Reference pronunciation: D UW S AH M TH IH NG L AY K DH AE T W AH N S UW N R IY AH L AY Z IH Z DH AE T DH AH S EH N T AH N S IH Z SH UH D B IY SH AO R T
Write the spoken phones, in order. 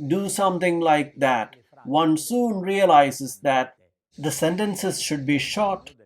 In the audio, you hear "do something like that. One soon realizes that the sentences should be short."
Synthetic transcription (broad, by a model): D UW S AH M T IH NG L AY K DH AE T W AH N S UW N R IY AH L AY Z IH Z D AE T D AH S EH N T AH N S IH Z SH UH D B IY SH AO T